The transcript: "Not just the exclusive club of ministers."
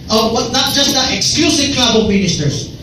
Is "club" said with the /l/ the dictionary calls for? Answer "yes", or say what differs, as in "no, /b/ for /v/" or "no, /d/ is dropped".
no, /l/ is dropped